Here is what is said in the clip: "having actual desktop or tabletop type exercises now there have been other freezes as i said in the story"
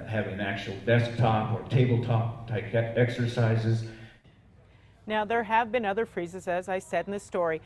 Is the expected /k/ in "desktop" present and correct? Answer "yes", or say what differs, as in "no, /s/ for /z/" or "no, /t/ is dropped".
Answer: yes